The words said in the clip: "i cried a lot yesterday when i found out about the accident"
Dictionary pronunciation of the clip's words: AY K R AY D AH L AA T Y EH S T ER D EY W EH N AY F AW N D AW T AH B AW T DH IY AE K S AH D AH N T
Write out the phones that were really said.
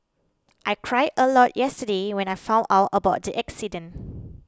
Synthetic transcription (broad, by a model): AY K R AY D AH L AA T Y EH S T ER D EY W EH N AY F AW N AW T AH B AW T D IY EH K S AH D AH N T